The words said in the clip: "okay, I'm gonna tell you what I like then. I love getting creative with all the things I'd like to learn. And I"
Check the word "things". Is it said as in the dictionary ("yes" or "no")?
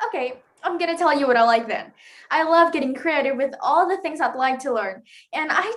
yes